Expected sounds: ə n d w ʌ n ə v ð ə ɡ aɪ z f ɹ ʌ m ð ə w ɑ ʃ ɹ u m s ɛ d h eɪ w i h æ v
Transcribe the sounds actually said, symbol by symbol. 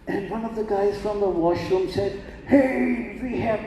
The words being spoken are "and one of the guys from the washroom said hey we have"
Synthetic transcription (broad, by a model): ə n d w ʌ n ə v ð ə ɡ aɪ z f ɹ ʌ m ð ə w ɑ ʃ ɹ u m s ɛ d h eɪ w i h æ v